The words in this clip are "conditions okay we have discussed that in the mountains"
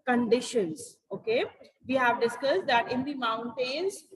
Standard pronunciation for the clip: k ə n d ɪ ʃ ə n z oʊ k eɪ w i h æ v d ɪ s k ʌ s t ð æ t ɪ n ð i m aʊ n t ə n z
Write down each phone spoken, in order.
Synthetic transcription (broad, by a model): k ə n d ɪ ʃ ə n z oʊ k eɪ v i h æ v d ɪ s k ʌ s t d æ t ɪ n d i m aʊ n t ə n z